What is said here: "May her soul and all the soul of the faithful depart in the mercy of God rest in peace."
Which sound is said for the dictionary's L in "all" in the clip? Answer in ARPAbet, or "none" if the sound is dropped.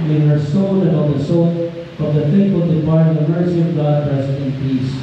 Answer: N